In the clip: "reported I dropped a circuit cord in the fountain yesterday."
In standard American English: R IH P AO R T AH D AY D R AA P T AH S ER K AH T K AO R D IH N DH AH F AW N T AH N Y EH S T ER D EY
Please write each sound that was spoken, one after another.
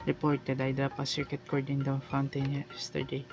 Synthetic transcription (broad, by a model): R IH P AO R T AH D AY D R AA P AH S ER K AH T K AO R D IH N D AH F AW N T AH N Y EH S T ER D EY